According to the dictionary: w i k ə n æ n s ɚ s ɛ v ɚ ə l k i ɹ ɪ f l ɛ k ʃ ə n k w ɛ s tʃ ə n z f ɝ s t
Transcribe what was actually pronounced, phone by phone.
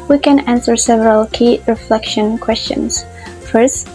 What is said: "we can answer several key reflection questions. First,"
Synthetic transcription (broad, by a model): w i k ə n æ n s ɚ s ɛ v ɚ ə l k i ɹ ɪ f l ɛ k ʃ ə n k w ɛ s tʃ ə n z f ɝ s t